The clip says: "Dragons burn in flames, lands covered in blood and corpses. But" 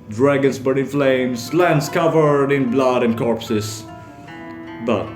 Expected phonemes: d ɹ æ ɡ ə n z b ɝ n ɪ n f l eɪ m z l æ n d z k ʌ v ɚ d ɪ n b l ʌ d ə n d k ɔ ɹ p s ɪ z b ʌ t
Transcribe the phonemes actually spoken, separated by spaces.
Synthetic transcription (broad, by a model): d ɹ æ ɡ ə n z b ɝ ɪ n f l eɪ m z l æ n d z k ʌ v ɚ d ɪ n b l ʌ d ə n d k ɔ ɹ p s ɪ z b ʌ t